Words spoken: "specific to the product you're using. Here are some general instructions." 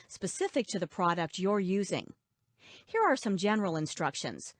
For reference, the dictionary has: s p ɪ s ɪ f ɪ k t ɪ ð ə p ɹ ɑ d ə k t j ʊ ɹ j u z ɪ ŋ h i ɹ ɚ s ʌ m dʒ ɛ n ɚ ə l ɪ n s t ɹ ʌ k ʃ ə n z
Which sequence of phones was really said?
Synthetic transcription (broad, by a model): s p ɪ s ɪ f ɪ k t ɪ ð ə p ɹ ɑ d ə k t j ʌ ɹ j u z ɪ ŋ h i ɹ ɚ s ʌ m dʒ ɛ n ɚ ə l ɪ n s t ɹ ʌ k ʃ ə n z